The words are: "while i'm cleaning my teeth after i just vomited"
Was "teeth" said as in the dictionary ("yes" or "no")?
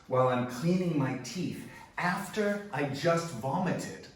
yes